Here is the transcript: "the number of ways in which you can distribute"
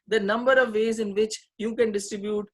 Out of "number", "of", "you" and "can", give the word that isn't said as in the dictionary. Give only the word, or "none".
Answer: none